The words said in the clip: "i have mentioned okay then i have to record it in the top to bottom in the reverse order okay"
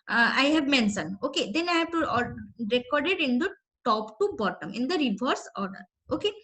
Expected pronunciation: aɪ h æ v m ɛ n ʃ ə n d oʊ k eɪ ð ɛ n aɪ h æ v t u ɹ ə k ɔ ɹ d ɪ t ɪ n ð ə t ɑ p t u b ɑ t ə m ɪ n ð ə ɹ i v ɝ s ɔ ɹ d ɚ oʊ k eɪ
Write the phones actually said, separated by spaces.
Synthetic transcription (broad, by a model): aɪ h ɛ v m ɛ n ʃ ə n oʊ k eɪ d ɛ n aɪ h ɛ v t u ɹ ə k ɔ ɹ d ɪ t ɪ n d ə t ɑ p t u b ɑ t ə m ɪ n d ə ɹ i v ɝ s ɔ ɹ d ɚ oʊ k eɪ